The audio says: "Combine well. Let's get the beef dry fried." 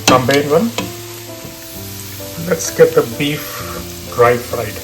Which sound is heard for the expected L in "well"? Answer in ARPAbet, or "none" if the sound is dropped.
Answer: N